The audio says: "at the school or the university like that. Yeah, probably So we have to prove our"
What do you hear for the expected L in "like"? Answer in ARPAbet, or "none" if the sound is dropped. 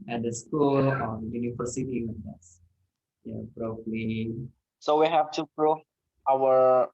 W